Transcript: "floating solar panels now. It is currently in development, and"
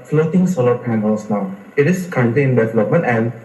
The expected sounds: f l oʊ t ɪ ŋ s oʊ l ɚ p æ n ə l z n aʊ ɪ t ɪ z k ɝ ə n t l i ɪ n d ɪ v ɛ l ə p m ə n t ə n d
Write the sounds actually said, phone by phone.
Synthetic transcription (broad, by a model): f l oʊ t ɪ ŋ s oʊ l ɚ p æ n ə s n aʊ ɪ t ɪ s k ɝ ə n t i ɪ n d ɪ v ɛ l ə p m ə n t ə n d